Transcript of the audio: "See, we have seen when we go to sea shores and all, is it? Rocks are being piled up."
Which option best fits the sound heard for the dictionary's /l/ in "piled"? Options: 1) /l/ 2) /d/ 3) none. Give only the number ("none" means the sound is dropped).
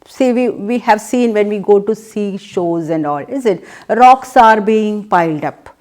1